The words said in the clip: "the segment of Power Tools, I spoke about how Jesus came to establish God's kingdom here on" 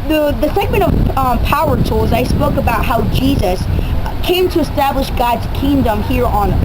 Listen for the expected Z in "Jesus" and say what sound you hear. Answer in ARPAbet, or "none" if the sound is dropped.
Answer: Z